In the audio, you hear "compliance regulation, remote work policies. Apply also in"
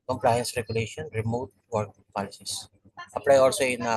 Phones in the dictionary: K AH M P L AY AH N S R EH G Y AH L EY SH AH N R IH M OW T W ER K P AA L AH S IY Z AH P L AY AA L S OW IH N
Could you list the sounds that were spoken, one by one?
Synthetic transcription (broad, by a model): K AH M P L AY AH N S R EH G Y AH L EY SH AH N R IH M OW T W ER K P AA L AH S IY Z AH P N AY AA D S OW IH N